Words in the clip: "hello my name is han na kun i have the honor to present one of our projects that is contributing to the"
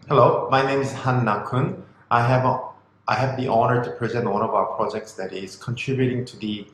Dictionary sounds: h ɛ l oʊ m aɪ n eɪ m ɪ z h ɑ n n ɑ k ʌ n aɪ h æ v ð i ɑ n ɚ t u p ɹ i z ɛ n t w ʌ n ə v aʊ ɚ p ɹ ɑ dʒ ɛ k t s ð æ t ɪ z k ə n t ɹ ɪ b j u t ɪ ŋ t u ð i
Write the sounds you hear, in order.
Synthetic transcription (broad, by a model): h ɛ l oʊ m aɪ n eɪ m ɪ z h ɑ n n ɑ k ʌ n aɪ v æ v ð i ɑ n ɚ t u p ɹ i z ɛ n t w ʌ n ə v aʊ ɚ p ɹ ɑ dʒ ɛ k t s ð æ t ɪ z k ə n t ɹ ɪ b j u t ɪ ŋ t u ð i